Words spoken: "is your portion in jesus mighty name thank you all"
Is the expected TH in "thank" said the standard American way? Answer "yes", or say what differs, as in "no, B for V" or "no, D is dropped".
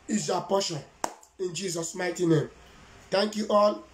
no, T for TH